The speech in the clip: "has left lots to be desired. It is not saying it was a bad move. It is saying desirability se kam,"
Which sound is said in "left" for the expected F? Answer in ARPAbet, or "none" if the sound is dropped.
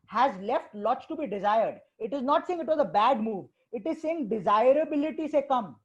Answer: F